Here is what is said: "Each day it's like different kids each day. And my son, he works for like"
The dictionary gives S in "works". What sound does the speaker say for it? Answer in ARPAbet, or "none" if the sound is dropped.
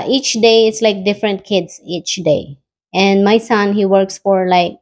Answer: S